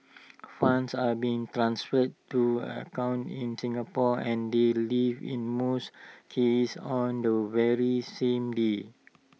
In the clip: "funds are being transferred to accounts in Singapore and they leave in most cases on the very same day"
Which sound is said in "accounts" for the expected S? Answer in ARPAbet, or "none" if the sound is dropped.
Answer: none